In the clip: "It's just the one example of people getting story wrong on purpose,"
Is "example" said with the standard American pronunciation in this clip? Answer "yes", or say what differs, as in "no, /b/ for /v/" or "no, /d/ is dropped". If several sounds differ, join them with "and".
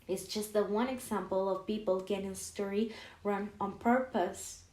yes